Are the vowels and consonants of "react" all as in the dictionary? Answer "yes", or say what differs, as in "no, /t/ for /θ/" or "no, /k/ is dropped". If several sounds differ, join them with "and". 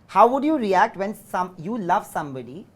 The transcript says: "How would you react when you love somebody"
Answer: yes